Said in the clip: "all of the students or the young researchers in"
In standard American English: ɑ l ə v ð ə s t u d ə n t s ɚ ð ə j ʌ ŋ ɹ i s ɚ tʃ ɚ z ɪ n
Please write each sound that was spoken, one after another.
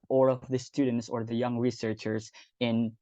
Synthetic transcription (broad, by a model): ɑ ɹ ə v ð ə s t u d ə n t s ɚ ð ə j ʌ ŋ ɹ i s ɚ tʃ ɚ z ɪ n